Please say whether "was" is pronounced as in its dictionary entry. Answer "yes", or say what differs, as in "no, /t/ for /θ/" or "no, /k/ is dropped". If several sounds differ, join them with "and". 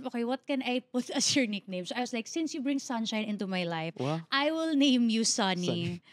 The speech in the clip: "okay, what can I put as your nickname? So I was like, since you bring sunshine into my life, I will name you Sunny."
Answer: no, /s/ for /z/